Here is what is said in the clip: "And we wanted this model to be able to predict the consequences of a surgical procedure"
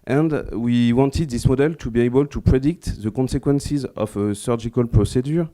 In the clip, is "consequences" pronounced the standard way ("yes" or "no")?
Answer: yes